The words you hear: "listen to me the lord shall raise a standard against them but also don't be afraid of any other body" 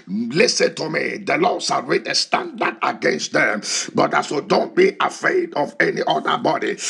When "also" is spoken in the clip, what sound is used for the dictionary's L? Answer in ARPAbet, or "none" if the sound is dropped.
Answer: none